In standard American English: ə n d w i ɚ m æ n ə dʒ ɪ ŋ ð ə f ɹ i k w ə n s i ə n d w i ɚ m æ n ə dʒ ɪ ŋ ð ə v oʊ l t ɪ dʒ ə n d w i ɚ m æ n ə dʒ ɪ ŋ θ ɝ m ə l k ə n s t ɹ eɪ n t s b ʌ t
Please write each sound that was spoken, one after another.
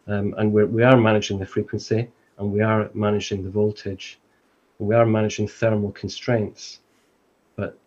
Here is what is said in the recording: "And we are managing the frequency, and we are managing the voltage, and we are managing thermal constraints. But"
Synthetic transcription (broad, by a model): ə n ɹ w i ɚ m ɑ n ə dʒ ɪ ŋ ð ə f ɹ i k w ə n s i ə n w i ɚ m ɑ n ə dʒ ɪ ŋ ð ə v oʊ l t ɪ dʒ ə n w i ɚ m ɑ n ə dʒ ɪ ŋ θ ɝ m ə l k ə n s t ɹ eɪ n t s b ʌ t